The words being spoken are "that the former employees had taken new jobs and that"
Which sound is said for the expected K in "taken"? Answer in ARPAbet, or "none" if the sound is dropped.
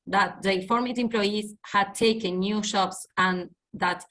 K